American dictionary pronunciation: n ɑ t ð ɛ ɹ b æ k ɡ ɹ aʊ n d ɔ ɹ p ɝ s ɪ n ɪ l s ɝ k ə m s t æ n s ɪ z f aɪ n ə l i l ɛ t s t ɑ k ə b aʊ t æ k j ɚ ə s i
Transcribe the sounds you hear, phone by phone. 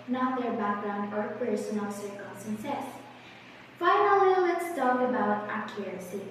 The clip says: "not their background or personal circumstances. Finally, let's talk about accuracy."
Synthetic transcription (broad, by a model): n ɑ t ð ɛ ɹ b æ k ɡ ɹ aʊ n d ɔ ɹ p ɝ s ɪ n ɪ l s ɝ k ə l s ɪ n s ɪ s f aɪ n ə l i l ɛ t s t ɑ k ə b aʊ t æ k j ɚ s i